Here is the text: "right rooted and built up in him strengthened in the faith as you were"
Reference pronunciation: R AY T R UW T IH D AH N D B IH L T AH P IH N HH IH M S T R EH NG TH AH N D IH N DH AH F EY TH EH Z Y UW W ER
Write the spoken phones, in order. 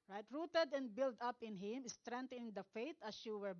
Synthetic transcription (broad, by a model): R AY T R UW T IH D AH N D B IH L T AH P IH N HH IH M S T R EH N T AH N IH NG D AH F EY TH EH S Y UW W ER